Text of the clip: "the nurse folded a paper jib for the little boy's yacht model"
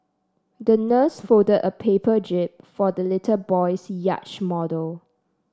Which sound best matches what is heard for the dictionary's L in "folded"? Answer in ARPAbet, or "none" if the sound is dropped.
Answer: none